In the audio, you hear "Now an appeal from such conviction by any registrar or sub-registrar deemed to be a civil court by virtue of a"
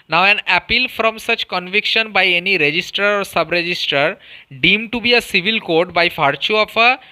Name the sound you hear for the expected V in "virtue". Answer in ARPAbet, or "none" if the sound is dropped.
F